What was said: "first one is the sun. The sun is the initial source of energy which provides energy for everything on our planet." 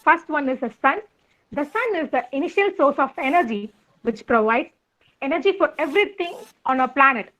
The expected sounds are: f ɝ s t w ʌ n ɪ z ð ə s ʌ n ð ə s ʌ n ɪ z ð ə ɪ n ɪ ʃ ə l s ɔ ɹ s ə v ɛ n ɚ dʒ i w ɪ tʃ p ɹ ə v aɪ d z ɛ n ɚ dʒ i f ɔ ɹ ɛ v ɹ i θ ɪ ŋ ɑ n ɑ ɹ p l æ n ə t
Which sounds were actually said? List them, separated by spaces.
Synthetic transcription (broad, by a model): f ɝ s t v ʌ n ɪ z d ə s ʌ n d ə s ʌ n ɪ z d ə ɪ n ɪ ʃ ə l s ɔ ɹ s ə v ɛ n ɚ dʒ i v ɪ tʃ p ɹ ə v aɪ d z ɛ n ɚ dʒ i f ɔ ɹ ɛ v ɹ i t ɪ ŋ ɑ n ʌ p l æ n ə t